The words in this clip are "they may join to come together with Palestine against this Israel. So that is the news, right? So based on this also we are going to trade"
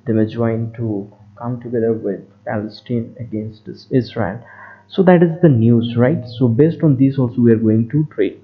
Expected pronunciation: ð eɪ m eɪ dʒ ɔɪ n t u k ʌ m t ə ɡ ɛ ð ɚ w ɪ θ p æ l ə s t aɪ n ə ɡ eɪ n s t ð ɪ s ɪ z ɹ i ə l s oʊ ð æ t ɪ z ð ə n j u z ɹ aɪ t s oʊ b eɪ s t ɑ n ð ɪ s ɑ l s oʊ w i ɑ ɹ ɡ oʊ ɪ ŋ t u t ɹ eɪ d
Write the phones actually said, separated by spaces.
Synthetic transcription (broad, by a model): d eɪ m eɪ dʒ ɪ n t u k ʌ m t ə ɡ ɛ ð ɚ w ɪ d p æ l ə s t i n ə ɡ eɪ n s t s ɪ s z ɹ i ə l s oʊ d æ t ɪ z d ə n j u z ɹ aɪ t s oʊ b eɪ s t ɑ n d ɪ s ɑ l s oʊ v i ɑ ɹ ɡ oʊ ɪ ŋ t u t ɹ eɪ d